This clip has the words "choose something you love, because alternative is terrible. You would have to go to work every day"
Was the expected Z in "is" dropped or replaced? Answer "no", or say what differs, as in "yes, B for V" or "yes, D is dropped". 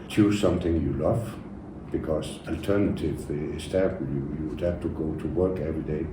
yes, S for Z